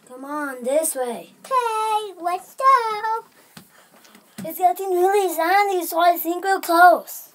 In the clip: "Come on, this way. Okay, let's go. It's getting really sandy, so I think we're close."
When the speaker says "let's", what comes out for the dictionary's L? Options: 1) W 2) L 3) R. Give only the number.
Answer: 1